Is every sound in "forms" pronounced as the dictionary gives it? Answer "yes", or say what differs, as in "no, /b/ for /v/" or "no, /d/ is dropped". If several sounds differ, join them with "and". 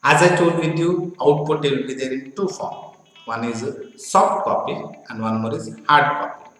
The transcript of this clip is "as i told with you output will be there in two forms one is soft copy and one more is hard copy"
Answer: no, /z/ is dropped